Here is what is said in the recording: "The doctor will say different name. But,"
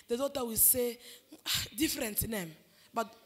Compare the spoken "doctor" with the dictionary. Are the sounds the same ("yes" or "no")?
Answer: no